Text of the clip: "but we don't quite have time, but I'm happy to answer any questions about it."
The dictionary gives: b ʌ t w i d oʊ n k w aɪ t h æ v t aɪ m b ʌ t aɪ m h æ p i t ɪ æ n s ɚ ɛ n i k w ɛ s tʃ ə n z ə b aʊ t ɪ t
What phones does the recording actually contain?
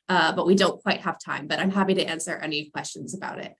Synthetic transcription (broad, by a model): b ʌ t w i d oʊ n k w aɪ t h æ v t aɪ m b ʌ t aɪ m h æ p i t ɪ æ n s ɚ ɛ n i k w ɛ s tʃ ə n z ə b aʊ t ɪ t